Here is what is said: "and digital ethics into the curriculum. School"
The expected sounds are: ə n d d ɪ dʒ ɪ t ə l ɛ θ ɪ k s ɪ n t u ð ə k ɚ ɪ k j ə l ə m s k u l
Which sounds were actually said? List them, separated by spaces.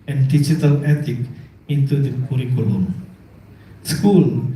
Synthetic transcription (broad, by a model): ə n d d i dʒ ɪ t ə l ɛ t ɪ k ɪ n t u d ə k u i k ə l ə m s k u l